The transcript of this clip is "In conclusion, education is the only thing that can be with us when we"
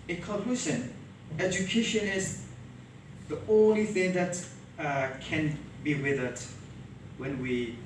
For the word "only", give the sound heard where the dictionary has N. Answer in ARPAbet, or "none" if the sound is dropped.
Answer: N